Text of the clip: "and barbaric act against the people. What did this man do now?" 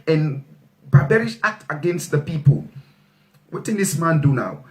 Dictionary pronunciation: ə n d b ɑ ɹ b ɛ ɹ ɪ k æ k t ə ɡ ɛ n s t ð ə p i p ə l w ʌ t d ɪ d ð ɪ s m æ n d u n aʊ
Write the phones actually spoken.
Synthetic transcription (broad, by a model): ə n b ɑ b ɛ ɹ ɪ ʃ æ k t ə ɡ ɛ n s t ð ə p i p ə l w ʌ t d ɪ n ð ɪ s m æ n d u n aʊ